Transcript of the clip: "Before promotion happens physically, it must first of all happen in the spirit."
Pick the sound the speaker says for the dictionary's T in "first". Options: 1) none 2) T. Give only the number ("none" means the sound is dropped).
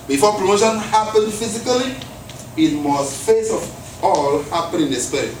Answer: 1